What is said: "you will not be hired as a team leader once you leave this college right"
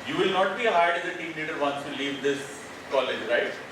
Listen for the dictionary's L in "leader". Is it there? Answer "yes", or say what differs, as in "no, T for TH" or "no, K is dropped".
no, N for L